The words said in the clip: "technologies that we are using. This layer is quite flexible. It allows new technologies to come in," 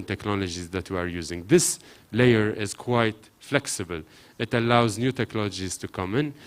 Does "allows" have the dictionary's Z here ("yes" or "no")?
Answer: yes